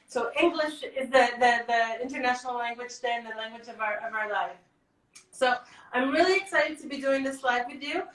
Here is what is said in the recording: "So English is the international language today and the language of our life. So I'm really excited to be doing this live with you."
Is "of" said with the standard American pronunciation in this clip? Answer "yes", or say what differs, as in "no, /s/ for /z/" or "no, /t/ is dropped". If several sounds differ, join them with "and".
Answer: yes